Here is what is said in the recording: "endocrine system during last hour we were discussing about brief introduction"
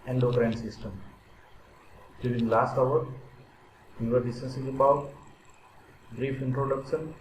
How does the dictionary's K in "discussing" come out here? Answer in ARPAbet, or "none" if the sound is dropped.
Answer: none